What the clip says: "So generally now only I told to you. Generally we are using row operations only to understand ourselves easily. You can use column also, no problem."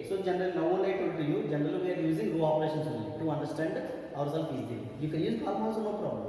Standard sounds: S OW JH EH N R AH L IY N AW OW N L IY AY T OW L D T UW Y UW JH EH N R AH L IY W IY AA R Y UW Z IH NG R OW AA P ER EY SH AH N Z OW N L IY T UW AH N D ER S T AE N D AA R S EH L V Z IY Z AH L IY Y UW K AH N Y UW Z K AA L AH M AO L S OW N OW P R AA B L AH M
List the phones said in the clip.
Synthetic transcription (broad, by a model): S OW JH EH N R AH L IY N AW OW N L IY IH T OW D T UW Y UW JH EH N R AH L IY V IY AA R Y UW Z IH NG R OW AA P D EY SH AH N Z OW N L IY T UW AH N D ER S T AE N D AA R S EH L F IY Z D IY Y UW K AH N Y UW Z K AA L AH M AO S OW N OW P R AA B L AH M